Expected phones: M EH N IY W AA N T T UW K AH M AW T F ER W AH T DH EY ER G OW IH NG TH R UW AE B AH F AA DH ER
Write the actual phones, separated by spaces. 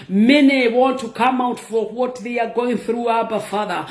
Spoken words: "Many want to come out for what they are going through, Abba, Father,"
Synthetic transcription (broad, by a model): M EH N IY W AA N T T UW K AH M AW T F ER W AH T DH EY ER G OW IH NG TH R UW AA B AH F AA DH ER